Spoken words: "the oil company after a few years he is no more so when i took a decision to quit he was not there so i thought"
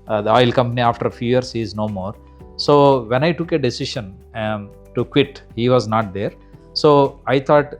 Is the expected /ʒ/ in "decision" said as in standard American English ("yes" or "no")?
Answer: no